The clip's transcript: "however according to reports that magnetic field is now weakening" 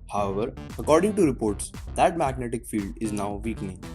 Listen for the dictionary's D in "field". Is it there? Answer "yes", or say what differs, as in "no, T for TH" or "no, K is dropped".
yes